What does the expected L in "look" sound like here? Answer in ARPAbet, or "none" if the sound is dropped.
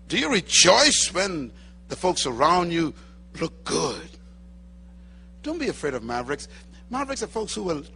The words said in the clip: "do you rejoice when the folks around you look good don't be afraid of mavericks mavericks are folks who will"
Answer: L